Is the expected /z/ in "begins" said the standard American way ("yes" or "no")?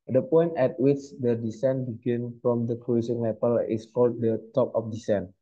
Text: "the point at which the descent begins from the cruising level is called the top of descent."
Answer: no